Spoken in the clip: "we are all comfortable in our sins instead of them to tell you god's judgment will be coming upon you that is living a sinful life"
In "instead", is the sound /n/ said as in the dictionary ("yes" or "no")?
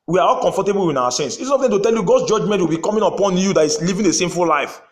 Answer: no